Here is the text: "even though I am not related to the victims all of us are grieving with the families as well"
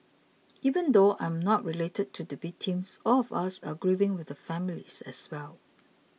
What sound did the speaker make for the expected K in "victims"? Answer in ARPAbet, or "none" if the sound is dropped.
none